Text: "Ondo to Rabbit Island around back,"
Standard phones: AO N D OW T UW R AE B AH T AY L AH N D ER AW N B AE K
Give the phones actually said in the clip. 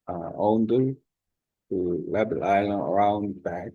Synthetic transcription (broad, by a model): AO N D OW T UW L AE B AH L AY L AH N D ER AW N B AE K